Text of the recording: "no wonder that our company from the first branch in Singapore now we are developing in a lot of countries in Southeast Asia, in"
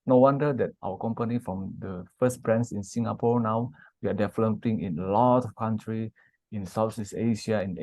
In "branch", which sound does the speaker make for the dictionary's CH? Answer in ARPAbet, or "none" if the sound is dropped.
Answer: S